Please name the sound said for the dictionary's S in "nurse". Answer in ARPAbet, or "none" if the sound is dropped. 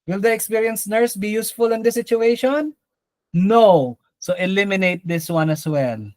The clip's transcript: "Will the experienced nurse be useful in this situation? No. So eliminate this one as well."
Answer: S